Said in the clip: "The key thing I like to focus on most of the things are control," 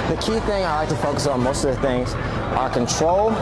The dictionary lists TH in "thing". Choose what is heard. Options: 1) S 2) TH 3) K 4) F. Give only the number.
2